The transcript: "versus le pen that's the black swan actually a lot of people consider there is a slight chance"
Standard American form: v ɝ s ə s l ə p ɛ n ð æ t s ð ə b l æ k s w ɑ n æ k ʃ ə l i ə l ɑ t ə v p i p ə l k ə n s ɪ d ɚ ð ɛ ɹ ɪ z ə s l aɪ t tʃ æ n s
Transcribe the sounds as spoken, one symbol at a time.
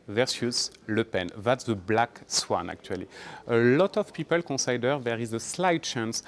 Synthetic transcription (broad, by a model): v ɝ s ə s l ə p ɛ n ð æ t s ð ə b l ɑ k s w ɑ n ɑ k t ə l i ə l ɑ t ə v p i p ə l k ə s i d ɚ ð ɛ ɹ ɪ z ə s l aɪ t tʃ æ n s